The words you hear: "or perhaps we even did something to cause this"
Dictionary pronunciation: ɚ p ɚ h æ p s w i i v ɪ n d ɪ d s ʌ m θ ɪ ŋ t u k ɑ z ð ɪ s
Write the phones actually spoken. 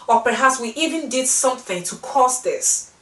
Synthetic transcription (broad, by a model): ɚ p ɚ h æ p s w i i v ɪ n d ɪ d s ʌ m θ ɪ ŋ t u k ɑ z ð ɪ s